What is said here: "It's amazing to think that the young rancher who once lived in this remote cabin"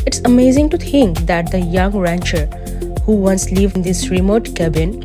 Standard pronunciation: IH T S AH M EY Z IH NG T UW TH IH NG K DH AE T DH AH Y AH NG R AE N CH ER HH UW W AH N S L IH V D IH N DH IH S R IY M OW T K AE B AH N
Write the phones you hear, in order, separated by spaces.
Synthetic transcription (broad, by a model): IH T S AH M EY Z IH NG T UW T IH NG K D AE T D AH Y AH NG R AE N CH ER HH UW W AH N S L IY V IH N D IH S R IY M OW T K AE B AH N